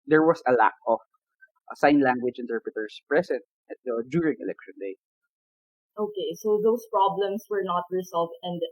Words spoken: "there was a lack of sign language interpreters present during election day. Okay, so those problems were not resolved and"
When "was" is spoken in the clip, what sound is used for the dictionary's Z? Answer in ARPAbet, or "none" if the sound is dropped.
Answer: S